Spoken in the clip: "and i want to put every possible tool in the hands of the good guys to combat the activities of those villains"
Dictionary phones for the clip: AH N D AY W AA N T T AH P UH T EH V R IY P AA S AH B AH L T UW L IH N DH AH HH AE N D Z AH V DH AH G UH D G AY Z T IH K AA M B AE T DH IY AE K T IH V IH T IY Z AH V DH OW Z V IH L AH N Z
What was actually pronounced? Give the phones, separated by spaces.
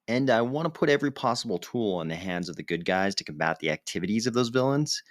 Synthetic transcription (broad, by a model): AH N AY W AA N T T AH P UH T EH V R IY P AA S AH B L T UW L IH N DH AH HH AE N D Z AH V DH AH G UH D G AY Z T IH K M B AE T DH IY AE K T IH V IH T IY Z AH V DH OW Z V IH L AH N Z